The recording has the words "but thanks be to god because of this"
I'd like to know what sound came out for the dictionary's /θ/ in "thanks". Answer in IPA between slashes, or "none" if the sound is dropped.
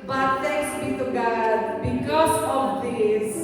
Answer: /t/